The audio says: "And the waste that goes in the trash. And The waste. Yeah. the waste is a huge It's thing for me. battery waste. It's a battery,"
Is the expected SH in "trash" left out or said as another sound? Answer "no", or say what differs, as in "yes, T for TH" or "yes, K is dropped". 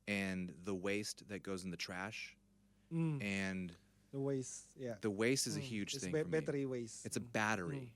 no